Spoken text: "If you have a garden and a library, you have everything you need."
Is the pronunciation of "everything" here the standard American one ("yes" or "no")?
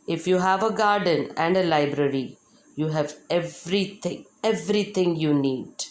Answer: no